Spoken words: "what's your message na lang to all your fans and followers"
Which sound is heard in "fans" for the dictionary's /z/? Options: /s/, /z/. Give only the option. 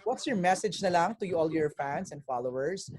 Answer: /s/